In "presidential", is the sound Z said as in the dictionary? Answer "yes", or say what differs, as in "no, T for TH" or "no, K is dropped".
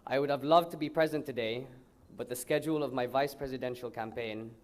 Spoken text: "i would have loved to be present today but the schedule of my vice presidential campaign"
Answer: yes